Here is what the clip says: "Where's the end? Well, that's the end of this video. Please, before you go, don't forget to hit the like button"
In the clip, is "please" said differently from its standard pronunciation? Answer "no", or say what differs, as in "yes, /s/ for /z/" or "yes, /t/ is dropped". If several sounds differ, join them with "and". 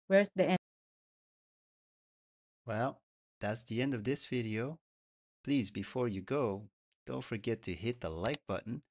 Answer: no